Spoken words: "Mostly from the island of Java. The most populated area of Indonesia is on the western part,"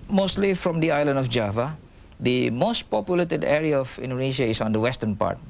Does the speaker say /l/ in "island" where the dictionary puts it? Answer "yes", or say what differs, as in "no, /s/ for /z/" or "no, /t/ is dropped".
yes